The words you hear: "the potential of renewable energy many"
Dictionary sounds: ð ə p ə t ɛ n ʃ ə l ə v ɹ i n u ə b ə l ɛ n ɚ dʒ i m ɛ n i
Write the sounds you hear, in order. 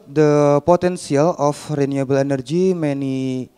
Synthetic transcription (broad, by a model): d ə p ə t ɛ n s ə l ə f ɹ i n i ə b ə l ɛ n ɚ dʒ i m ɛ n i